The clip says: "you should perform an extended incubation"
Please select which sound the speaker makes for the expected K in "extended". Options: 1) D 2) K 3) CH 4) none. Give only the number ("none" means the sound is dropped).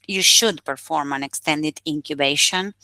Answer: 2